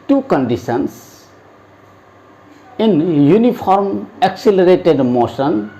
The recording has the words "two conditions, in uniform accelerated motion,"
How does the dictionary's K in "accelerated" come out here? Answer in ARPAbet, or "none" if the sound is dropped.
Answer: K